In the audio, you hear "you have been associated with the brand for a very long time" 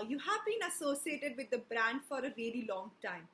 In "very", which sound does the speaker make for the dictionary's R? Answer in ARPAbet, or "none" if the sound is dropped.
L